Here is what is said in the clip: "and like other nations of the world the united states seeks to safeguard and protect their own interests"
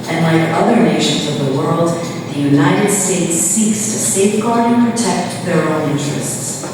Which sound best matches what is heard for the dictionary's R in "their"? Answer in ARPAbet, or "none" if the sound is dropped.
R